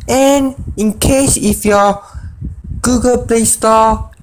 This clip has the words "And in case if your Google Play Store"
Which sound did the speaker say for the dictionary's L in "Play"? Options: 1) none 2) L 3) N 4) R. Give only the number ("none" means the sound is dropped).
2